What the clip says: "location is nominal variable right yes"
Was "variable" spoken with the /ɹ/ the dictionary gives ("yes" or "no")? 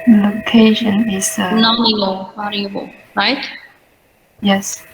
no